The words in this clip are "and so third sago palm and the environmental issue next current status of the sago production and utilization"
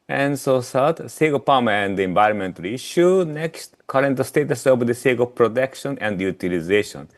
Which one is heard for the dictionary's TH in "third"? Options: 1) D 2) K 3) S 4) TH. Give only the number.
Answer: 3